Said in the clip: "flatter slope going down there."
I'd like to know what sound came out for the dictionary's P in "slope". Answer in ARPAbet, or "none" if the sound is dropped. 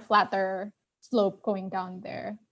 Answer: P